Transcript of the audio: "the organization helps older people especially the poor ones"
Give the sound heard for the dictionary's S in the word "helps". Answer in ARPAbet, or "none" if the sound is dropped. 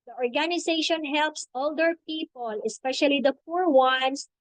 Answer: S